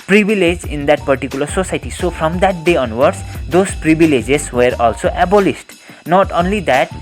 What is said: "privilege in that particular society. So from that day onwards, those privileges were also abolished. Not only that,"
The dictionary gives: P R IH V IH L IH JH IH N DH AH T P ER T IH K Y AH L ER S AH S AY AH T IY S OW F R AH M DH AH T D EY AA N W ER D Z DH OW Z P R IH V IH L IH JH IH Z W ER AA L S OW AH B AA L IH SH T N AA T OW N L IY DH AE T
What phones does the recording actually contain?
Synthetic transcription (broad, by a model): P R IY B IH L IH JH IH N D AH T P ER T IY K Y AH L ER S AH S AY T IY S OW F R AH M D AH T D EY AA N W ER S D OW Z P R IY B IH L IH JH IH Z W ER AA L S OW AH B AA L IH S T N AA T OW N L IY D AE T